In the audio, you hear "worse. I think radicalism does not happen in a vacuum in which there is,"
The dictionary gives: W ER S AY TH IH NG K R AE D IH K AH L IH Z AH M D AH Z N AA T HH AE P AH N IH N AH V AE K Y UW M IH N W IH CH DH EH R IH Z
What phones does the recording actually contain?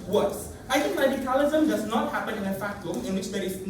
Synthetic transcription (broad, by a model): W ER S AY T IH NG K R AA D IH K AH L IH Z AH M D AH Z N AA T HH AE P AH N IH N AH F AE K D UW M IH N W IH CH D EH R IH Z